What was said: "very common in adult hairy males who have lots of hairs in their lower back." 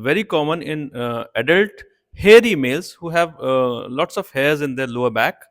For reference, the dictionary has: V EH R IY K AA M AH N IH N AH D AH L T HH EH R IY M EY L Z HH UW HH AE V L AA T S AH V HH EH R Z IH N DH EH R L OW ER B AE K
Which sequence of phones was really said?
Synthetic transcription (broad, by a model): V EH R IY K AA M AH N IH N AH D AH L T HH EH R IY M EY L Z HH UW HH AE V L AA T S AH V HH EH R Z IH N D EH R L OW ER B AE K